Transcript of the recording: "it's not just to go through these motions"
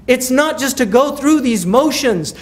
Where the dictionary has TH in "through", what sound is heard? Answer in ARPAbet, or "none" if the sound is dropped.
TH